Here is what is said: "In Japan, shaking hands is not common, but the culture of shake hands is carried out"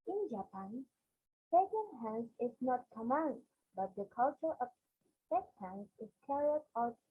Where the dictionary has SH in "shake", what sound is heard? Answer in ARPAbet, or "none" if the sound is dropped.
S